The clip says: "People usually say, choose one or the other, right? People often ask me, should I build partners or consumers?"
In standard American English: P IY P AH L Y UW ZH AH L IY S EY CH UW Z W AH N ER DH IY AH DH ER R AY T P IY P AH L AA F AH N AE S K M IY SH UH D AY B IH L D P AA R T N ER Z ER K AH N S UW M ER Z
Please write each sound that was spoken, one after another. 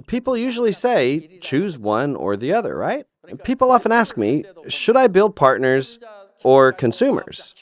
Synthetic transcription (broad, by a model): P IY P L Y UW ZH L IY S EY CH UW Z W AH N ER DH IY AH DH ER R AY T P IY P L AA F AH N AE S K M IY SH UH D AY B IH L D P AA R T N ER Z ER K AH N S UW M ER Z